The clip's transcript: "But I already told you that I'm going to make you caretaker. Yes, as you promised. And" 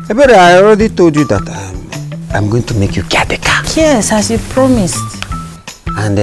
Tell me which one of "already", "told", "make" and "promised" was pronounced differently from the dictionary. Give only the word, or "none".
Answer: none